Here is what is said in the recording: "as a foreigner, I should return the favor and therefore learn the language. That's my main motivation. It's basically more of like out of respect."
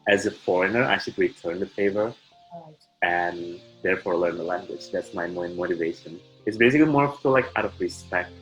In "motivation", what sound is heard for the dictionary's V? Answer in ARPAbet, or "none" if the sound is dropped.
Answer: V